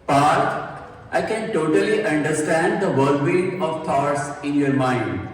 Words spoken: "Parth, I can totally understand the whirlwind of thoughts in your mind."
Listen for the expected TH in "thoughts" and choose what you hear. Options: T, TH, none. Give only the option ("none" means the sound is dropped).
T